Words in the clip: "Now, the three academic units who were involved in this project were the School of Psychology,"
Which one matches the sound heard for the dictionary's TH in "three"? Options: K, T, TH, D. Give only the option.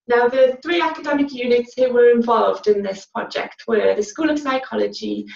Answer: TH